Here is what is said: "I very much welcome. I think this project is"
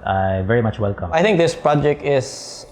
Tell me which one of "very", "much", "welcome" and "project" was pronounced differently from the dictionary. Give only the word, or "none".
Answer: none